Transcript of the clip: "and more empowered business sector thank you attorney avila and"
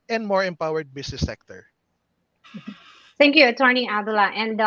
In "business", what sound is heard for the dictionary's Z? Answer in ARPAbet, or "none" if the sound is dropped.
S